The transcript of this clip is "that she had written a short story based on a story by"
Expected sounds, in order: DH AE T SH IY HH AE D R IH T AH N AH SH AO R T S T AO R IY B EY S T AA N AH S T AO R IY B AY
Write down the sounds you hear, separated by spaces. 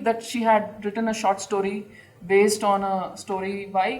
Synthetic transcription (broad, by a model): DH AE T SH IY HH AE D R IH T AH N AH SH AO R T S T AO R IY B EY S T AA N AH S T AO R IY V AY